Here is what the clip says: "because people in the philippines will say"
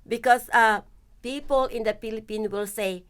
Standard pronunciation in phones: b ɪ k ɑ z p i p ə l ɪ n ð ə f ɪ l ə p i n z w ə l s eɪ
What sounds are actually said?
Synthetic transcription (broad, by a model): b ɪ k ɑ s p i p ə l ɪ n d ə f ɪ l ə p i n w ə l s eɪ